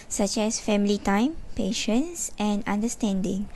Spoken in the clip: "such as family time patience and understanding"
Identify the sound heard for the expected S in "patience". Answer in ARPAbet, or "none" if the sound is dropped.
S